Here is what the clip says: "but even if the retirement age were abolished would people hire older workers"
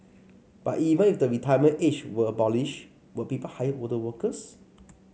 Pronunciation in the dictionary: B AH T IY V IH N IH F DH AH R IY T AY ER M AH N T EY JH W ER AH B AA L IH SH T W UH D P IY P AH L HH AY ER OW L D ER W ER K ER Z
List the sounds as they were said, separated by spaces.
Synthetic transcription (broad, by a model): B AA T IY V IH N IH F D AH R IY T AY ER M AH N EY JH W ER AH B AA L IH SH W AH P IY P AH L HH AY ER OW D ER W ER K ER S